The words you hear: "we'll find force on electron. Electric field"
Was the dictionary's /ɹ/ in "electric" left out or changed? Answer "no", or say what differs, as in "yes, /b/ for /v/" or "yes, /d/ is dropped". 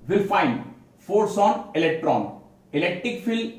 no